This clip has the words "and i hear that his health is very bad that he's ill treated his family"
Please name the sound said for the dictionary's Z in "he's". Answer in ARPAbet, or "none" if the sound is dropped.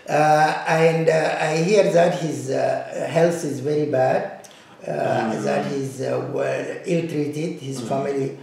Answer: Z